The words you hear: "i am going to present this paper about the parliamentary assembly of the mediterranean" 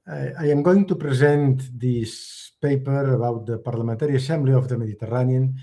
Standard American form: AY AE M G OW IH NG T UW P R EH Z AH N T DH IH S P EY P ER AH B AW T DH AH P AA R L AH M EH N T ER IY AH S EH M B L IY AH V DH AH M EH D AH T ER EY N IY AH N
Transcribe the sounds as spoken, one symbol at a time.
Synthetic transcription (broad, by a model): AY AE M G OW IH NG T UW P R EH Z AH N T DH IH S P EY P ER AH B AW T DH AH P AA R L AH M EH N T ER IY AH S EH M B L IY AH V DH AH M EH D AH T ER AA N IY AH N